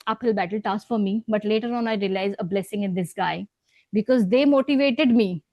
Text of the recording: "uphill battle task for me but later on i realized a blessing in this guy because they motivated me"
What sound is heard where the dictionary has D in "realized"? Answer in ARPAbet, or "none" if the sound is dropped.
none